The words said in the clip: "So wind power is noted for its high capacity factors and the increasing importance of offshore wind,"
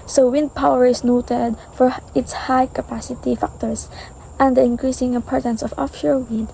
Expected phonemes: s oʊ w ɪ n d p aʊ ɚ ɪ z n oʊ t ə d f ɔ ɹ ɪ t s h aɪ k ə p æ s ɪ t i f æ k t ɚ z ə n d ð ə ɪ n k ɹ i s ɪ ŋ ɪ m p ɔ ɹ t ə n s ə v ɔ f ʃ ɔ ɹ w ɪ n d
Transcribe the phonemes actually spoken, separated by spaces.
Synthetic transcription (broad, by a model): s oʊ w ɪ n d p aʊ ɚ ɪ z n oʊ t ə d f ɔ ɹ ɪ t s h aɪ k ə p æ s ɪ t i f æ k t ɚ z ə n d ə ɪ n k ɹ i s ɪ ŋ ɪ m p ɔ ɹ t ə n s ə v ɔ f ʃ ɔ ɹ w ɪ n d